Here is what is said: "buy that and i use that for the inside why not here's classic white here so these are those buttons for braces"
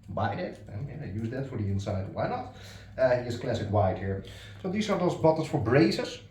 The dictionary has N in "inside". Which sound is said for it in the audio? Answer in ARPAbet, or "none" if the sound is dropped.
N